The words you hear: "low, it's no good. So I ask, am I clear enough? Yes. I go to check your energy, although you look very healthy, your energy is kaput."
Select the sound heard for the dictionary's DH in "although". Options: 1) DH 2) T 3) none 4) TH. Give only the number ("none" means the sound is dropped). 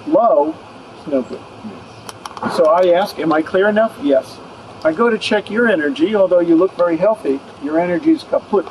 1